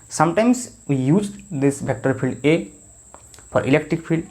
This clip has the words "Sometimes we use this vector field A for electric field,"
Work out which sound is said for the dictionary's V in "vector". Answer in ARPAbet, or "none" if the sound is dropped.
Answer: B